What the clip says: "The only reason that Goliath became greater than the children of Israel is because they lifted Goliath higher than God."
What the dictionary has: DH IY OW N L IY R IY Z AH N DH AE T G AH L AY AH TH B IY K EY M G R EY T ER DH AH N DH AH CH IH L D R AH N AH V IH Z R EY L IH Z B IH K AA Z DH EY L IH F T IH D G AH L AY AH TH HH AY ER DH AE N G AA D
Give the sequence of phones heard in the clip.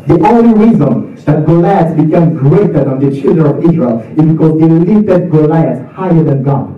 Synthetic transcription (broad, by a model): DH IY OW N L IY R IY Z AH N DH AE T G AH L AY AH T B IY K EY M G R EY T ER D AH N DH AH CH IH L D R AH N AH V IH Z R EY L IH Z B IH K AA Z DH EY L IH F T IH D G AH L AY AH S HH AY ER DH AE N G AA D